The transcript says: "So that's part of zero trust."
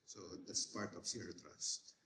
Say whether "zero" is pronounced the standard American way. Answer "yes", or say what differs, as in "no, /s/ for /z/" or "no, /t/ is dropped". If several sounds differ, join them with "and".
no, /s/ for /z/